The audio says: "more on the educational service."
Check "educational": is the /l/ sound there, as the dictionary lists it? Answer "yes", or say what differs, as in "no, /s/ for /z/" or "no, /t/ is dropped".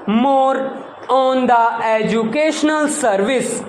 yes